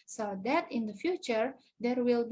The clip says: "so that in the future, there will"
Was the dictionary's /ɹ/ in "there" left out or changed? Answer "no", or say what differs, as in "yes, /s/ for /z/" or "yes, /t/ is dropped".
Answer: no